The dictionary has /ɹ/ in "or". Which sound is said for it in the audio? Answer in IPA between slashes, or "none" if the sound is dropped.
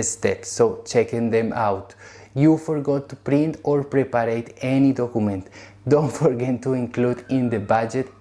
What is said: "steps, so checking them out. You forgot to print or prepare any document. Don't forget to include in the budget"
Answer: /ɹ/